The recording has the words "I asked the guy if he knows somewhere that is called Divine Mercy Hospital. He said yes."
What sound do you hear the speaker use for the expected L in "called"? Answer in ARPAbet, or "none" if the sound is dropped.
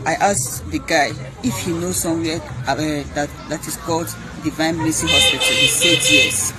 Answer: L